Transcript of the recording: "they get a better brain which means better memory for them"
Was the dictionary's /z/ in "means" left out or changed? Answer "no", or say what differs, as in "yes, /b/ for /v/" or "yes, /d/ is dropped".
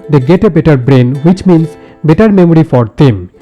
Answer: yes, /s/ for /z/